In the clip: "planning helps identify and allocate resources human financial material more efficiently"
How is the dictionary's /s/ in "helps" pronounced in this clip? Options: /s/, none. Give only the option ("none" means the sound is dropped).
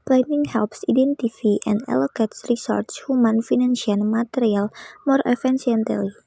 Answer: /s/